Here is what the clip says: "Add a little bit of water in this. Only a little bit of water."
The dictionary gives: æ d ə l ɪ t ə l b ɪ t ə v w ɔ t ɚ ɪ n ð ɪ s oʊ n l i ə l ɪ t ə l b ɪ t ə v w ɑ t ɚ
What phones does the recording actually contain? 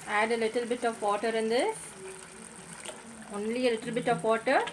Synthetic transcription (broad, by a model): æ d ə l ɪ t ə l b ɪ t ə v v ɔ t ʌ ɪ n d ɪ oʊ n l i ə l ɪ t ə l b ɪ t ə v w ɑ t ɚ